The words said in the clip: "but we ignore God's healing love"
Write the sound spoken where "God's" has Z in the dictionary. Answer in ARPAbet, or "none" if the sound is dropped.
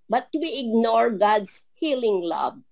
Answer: S